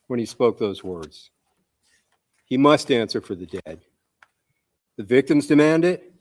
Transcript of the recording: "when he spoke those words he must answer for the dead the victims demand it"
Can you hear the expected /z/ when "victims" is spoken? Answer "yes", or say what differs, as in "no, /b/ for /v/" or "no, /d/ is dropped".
yes